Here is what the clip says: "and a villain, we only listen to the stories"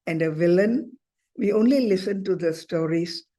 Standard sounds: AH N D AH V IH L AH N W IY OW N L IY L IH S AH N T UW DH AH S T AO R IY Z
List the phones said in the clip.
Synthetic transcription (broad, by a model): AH N D AH V IH L AH N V IY OW N L IY L IH S AH N T UW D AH S T AO R IY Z